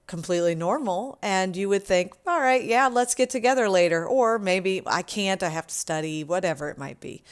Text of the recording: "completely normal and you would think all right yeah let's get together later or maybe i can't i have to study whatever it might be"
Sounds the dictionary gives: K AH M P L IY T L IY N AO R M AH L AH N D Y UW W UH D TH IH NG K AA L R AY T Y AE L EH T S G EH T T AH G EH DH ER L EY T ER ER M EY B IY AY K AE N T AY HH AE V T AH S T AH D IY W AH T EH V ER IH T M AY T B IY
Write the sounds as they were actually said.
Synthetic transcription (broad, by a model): K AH M P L IY T L IY N AO R M L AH N Y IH W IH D TH IH NG K AA L R AY T Y AE L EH T S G EH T T AH G EH DH ER L EY T ER ER M EY B IY AY K AE N T AY HH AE F T AH S T AH D IY W AH T EH V ER IH T M AY T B IY